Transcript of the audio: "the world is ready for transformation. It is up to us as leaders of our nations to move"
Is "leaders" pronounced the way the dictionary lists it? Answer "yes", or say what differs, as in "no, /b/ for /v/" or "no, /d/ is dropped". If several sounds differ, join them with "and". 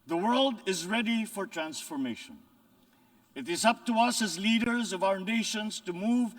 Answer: yes